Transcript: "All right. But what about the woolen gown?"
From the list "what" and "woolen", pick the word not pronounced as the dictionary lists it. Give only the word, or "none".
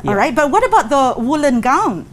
none